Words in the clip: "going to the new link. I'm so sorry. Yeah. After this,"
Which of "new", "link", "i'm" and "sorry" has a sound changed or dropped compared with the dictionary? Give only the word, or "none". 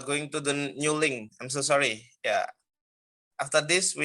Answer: link